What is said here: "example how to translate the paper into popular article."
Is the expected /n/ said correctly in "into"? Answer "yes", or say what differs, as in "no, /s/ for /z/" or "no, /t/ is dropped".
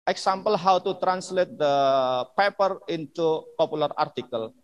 yes